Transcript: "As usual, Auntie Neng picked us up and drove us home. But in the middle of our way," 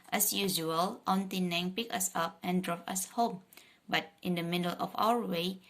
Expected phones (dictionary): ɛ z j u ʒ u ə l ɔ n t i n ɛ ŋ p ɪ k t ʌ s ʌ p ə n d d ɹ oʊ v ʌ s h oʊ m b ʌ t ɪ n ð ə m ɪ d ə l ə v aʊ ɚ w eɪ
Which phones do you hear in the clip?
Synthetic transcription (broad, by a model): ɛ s j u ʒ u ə l ɔ n t i n ɛ ŋ p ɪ k ʌ s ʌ p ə n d d ɹ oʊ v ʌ s h oʊ m b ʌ t ɪ n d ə m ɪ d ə l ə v aʊ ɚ w eɪ